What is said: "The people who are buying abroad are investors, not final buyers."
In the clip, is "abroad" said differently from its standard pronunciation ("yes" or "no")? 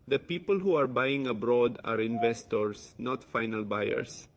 no